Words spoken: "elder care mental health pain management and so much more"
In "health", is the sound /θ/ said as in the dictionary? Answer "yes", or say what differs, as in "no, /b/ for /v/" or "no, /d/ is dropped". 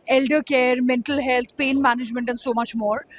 no, /t/ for /θ/